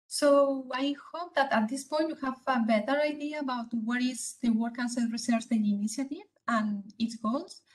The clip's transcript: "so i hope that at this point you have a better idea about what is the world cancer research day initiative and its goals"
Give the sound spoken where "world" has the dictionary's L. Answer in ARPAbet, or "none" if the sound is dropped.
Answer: none